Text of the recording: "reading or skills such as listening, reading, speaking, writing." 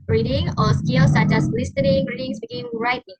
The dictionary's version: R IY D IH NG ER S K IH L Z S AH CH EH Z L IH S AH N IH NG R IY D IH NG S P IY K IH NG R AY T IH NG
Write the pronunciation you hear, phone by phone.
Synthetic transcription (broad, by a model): R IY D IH NG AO S K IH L S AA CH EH S L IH S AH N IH NG R IY D IH NG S B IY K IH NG R AY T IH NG